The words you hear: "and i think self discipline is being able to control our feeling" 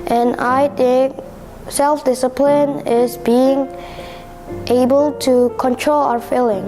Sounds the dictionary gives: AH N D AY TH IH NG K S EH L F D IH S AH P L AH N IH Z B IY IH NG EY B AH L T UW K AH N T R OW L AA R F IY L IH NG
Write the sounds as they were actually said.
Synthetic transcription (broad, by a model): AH N AY T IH K S EH L F D IH S AH P L AH N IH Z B IY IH NG EY B AH L T UW K AH N T R OW L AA F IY L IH NG